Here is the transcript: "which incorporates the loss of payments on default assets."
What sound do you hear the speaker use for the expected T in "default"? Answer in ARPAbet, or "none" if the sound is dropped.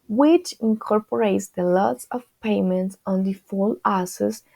none